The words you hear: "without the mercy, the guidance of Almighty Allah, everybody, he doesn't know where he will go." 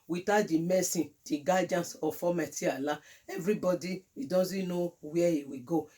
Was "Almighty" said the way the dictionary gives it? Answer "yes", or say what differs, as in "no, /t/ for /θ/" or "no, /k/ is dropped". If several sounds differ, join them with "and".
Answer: no, /l/ is dropped